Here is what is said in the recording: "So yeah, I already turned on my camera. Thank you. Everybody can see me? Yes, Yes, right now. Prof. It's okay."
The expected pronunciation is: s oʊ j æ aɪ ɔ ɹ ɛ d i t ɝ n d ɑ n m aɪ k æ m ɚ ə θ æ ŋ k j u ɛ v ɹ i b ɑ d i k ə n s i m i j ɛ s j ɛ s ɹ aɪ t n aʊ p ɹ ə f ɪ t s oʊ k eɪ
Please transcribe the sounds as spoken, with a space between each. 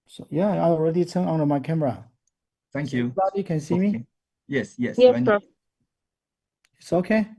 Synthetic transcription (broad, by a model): s oʊ j æ aɪ ɔ ɹ ɛ d i t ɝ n ɑ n m aɪ k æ m ɚ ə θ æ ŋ k j u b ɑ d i k ə n s i m i j ɛ s j ɛ s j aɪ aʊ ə ɪ t s oʊ k eɪ